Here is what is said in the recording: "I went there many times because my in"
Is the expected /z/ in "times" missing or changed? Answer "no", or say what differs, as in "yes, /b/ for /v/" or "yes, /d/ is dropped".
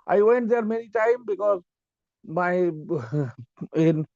yes, /z/ is dropped